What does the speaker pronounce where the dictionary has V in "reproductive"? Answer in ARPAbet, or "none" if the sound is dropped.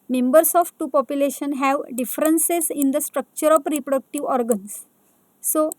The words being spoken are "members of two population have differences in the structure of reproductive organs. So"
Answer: V